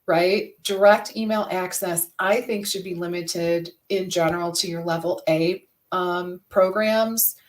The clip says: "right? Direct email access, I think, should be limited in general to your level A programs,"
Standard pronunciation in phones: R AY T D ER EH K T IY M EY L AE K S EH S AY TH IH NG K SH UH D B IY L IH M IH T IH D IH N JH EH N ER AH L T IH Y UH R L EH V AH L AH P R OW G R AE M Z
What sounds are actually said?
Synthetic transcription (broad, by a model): R AY T D ER EH K T IY M EY L AE K S EH S AY TH IH NG K SH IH D B IY L IH M IH T IH D IH N JH EH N ER L T IH Y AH R L EH V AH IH AH P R OW G R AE M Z